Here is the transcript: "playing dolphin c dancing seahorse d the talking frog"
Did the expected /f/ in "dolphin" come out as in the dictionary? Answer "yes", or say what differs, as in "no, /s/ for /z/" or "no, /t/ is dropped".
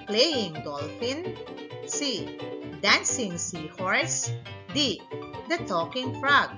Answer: yes